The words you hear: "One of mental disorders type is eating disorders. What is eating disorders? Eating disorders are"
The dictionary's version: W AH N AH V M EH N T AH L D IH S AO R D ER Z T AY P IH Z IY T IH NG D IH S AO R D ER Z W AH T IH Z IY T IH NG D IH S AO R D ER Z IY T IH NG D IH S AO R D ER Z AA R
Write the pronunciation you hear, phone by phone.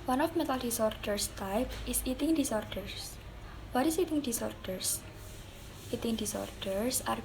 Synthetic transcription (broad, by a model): W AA N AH F M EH T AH L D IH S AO R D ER S T AY P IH S IY T IH NG D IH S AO R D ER S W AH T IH S IY T IH NG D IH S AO R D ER S IY T IH NG D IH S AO R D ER S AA R